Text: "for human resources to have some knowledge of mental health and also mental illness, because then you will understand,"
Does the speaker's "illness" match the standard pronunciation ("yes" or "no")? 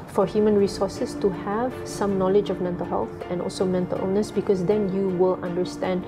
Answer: no